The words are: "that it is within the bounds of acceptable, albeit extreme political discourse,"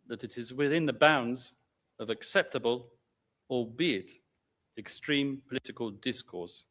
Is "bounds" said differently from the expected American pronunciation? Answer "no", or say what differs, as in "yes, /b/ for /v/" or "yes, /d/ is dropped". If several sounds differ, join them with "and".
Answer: no